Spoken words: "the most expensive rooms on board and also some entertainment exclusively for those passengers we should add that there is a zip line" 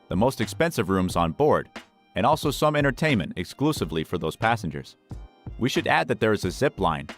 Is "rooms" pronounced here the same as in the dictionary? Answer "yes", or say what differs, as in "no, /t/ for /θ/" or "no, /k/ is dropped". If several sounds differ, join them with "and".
yes